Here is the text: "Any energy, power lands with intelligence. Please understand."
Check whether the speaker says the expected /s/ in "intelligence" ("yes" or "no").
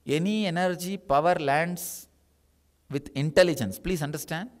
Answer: yes